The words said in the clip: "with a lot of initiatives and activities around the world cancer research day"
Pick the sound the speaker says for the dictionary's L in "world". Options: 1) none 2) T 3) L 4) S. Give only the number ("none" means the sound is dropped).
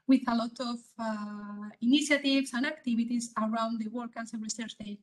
1